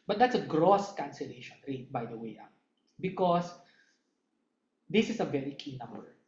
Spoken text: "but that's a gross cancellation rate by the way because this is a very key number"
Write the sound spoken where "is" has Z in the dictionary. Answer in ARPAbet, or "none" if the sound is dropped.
S